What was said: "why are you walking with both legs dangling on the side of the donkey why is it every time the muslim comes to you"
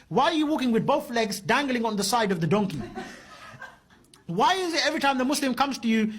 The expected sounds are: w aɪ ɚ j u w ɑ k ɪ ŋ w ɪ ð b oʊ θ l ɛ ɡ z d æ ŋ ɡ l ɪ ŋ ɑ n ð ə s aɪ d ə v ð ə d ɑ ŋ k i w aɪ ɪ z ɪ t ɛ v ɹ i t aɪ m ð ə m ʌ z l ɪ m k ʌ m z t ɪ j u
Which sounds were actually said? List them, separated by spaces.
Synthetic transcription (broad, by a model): w aɪ ɚ j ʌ w ɑ k ɪ ŋ w ɪ ð b oʊ θ l ɛ ɡ z d æ ŋ ɡ l ɪ ŋ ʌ n ð ə s aɪ d ə v ð ə d ɑ ŋ k i w aɪ ɪ z ɪ t ɛ v ɹ i t aɪ m ð ə m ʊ s l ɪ m k ʌ m z t ɪ j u